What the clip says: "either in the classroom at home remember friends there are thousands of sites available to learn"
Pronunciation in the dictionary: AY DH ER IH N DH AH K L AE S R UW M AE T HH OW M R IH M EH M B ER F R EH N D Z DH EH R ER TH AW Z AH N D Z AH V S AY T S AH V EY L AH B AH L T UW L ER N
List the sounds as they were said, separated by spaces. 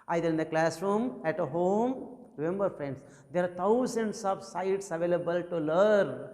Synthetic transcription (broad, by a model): AY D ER IH N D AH K L AE S R UW M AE T HH OW M R IH M EH M B ER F R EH N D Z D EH R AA T AW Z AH N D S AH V S AY T S AH V EY L AH B AH L T UW L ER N